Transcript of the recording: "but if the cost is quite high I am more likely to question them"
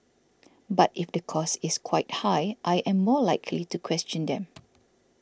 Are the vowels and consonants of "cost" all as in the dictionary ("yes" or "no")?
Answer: no